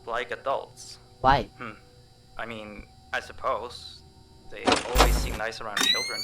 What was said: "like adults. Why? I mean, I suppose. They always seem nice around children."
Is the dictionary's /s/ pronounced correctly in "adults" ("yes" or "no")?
yes